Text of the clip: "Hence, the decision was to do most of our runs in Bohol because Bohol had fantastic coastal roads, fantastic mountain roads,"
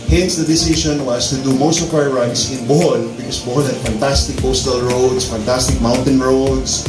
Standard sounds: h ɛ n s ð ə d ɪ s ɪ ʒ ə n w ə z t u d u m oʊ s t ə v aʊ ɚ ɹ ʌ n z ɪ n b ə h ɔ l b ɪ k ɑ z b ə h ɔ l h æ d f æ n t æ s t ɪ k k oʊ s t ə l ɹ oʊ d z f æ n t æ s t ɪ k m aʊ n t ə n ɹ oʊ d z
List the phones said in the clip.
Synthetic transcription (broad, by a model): h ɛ n s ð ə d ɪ s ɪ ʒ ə n w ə s t u d u m oʊ s t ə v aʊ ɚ ɹ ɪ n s ɪ n b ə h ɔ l b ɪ k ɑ s b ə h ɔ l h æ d f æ n t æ s t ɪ k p oʊ s t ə l ɹ oʊ d s f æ n t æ s t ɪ k m aʊ n t ə n ɹ oʊ d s